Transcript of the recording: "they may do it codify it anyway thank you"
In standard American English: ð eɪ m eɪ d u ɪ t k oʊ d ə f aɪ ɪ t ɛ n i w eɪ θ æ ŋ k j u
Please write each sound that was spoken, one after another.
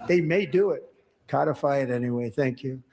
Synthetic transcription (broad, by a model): ð eɪ m eɪ d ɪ ɪ t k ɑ d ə f aɪ ɪ t ɛ n i w eɪ θ æ ŋ k j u